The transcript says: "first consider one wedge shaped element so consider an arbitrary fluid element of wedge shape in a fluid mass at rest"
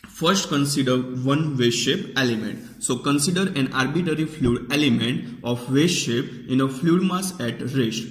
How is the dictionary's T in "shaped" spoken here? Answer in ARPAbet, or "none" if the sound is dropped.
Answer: none